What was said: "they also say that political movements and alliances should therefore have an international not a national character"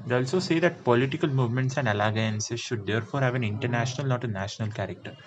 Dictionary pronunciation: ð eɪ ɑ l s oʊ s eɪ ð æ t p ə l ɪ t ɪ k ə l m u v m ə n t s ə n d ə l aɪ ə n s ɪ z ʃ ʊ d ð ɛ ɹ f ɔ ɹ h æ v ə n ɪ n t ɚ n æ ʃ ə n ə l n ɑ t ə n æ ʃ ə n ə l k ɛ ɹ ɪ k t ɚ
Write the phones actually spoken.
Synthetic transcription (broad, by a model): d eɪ ɑ l s oʊ s eɪ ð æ t p ə l ɪ t ɪ k ə l m u v m ə n t s ə n d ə l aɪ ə n s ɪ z ʃ ʊ d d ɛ ɹ f ɔ ɹ h æ v ə n ɪ n t ɚ n æ ʃ ə n ə l n ɑ t ə n æ ʃ ə n ə l k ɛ ɹ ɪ k t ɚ